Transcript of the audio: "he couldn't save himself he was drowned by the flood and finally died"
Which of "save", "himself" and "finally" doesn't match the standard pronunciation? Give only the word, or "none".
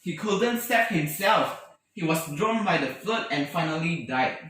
save